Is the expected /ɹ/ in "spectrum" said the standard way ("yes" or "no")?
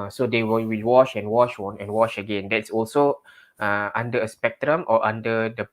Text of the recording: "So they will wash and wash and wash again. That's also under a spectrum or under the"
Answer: yes